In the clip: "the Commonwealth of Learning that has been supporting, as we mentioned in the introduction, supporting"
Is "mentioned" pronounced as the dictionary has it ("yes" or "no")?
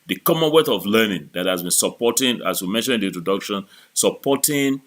no